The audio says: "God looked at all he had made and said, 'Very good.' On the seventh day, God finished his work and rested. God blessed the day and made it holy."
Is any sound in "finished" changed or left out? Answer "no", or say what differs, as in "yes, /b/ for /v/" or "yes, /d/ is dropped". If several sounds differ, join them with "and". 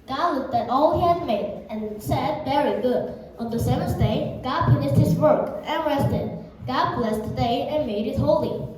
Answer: yes, /p/ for /f/